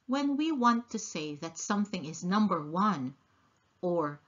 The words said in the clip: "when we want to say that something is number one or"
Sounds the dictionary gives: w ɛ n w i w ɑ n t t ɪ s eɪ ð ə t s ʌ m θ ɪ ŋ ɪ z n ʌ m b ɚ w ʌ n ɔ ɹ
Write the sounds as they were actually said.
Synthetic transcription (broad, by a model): w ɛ n w i w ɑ n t t ɪ s eɪ ð ə t s ʌ m θ ɪ ŋ ɪ z n ʌ m b ɚ w ʌ n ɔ ɹ